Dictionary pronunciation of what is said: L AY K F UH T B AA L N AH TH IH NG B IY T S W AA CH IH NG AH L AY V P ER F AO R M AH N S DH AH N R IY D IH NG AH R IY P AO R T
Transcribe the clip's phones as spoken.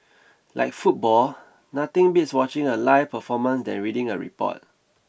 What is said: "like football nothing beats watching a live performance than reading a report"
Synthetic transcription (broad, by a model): L AY K F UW T B AA L N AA T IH NG B IY T S W AA CH IH NG AH L AY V P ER F AO M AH N S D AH N R IY D IH NG AH R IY P AO T